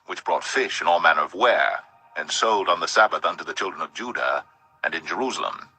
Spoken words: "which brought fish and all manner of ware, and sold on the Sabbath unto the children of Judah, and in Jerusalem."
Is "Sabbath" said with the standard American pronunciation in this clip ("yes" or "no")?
yes